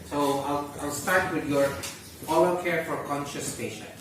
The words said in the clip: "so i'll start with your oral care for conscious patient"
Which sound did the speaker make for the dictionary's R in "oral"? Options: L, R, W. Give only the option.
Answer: L